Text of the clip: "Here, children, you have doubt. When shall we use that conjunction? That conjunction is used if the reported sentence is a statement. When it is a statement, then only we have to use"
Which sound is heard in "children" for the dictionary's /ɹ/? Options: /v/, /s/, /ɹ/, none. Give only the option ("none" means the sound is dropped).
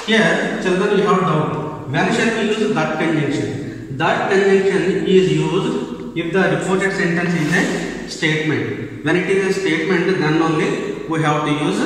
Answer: none